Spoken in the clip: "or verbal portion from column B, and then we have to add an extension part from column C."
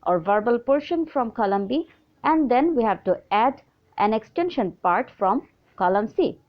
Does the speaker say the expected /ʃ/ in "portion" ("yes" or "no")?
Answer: yes